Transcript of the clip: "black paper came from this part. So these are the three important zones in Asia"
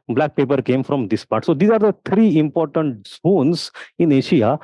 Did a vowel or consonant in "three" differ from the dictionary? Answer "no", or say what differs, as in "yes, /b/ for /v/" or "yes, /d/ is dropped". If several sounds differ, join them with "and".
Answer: yes, /t/ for /θ/